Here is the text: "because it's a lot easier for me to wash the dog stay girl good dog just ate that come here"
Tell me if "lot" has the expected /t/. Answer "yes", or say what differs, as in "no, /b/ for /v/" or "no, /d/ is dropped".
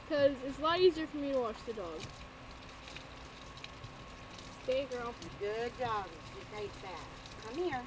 no, /t/ is dropped